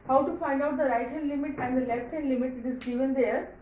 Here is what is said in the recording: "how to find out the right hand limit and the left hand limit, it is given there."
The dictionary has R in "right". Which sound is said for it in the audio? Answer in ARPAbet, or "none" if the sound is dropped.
R